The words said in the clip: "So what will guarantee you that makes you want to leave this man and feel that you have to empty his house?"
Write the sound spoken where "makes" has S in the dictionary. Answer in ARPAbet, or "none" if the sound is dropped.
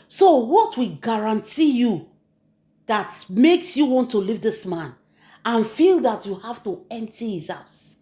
S